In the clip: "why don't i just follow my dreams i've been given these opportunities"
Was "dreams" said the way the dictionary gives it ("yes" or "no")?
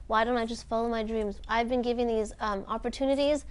yes